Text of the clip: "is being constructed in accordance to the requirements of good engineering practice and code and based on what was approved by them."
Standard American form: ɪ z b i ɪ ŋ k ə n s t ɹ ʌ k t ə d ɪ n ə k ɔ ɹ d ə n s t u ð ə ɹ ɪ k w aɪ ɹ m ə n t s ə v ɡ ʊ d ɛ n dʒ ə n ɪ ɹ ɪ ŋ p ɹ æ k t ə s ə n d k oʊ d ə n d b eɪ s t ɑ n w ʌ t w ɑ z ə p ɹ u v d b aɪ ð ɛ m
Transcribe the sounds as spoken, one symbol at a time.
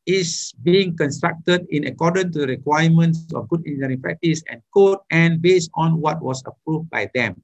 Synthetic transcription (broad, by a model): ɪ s b i ɪ ŋ k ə n s t ɹ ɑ k t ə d ɪ n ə k ɔ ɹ d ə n t u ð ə ɹ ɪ k w aɪ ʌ m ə n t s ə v ɡ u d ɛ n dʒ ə ɹ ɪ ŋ p ɹ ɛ k t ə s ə n k oʊ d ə n b eɪ s t ɑ n w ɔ t w ɑ s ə p ɹ u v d b aɪ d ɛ m